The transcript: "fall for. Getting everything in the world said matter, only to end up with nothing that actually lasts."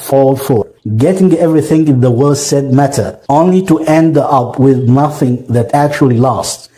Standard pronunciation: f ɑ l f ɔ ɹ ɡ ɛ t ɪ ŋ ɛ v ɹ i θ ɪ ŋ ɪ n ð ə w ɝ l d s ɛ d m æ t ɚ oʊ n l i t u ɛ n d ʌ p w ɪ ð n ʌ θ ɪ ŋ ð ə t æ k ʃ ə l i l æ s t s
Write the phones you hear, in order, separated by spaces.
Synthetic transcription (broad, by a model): f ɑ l f ɔ ɹ ɡ ɛ t ɪ ŋ ɛ v ɹ i θ ɪ ŋ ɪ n ð ə w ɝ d s ɛ d m æ t ɚ oʊ n l i t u ɛ n d ʌ p w ɪ ð n ʌ θ ɪ ŋ ð ə t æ k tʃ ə l i l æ s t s